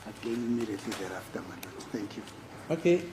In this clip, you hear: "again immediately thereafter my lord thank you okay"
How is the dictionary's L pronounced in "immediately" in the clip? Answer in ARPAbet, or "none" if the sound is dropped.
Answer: none